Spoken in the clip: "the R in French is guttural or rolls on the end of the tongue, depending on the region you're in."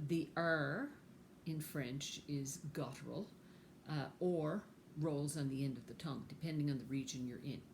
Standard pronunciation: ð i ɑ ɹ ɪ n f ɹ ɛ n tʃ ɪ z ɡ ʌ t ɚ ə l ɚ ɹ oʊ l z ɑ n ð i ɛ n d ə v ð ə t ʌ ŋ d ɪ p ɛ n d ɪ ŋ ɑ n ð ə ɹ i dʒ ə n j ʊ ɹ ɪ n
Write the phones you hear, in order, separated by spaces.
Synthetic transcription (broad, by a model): ð i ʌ ɹ ɪ n f ɹ ɛ n tʃ ɪ z ɡ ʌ t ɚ l ɚ ɹ oʊ l z n ð i ɛ n d ə v ð ə t ʌ ŋ d ɪ p ɛ n d ɪ ŋ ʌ n ð ə ɹ i dʒ ə n j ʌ ɹ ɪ n